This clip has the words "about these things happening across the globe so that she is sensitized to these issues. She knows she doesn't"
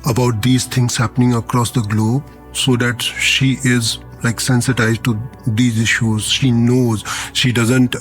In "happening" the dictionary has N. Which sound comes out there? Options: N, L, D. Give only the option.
N